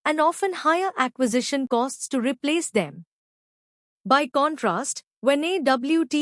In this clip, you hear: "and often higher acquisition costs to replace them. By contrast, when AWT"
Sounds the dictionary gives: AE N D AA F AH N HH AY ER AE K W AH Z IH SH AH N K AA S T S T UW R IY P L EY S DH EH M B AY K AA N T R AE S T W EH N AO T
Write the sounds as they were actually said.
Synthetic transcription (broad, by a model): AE N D AA F AH N HH AY ER AE K W AH Z IH SH AH N K AA S T S T UW R IY P L EY S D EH M B AY K AA N T R AE S T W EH N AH T